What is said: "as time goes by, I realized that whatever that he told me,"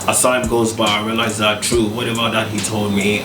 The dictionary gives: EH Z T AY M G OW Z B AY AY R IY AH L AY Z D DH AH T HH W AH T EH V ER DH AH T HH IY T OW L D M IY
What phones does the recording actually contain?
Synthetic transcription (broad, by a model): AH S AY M G OW Z B AY AY R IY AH L AY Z DH AH T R W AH T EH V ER DH AH T HH IY T OW L D M IY